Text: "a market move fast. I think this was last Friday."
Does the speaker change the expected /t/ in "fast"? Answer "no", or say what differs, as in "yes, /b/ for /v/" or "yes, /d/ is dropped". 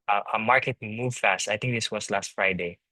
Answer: no